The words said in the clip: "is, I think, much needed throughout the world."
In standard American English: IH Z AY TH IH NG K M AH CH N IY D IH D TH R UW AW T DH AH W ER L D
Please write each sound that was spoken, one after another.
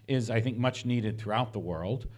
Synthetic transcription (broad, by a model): IH Z AY TH IH NG K M AH CH N IY D IH D TH R UW AW T DH AH W ER L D